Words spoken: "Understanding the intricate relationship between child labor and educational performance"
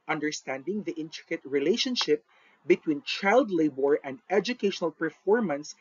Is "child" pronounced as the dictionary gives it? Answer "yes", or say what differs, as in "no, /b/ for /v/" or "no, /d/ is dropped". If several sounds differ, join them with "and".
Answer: yes